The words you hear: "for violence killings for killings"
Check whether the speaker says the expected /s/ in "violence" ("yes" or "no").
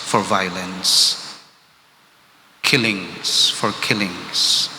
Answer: yes